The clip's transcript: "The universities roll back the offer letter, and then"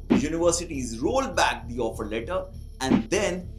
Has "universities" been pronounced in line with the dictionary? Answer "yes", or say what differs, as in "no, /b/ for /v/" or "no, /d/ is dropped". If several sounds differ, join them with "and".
yes